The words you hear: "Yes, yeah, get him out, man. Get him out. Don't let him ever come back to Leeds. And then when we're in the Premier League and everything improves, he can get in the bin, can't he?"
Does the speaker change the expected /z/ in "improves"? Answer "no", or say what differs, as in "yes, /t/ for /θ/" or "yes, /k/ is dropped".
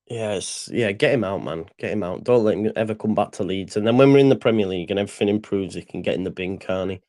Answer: no